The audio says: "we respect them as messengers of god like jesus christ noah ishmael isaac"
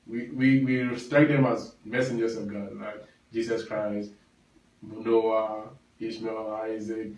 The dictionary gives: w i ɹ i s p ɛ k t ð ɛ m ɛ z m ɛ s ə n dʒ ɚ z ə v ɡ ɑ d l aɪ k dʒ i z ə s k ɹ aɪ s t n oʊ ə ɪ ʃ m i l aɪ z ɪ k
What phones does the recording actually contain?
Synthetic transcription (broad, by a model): w i w i s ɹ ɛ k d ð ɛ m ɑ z m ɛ s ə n dʒ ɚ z ə v ɡ ɑ d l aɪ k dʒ i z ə s k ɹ aɪ s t n oʊ ə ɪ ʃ m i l aɪ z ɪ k